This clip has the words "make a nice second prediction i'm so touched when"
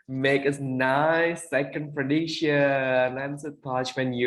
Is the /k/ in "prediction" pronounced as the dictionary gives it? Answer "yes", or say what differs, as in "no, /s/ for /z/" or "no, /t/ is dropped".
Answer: no, /k/ is dropped